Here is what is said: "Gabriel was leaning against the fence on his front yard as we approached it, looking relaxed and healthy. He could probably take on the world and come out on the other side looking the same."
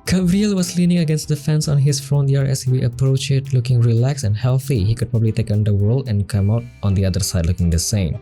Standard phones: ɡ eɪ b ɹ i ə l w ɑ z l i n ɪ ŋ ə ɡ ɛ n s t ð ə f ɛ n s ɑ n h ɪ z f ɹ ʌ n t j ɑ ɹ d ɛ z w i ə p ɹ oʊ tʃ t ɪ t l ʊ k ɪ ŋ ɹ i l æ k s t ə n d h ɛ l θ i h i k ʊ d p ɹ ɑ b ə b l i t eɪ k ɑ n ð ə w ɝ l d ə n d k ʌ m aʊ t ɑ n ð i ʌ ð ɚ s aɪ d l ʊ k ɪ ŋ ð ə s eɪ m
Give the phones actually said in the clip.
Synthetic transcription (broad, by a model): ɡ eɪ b ɹ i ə l w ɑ s l i n ɪ ŋ ə ɡ ɛ n s t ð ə f ɛ n s ɑ n h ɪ s f ɹ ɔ n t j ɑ ɹ ɛ s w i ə p ɹ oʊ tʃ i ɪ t l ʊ k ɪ ŋ ɹ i l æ k s ə n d h ɛ l θ i h i k ʊ d p ɹ ɑ b ə b l i t eɪ k ɑ n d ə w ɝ l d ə n k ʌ m aʊ t ɑ n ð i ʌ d ɚ s aɪ d l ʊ k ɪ ŋ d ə s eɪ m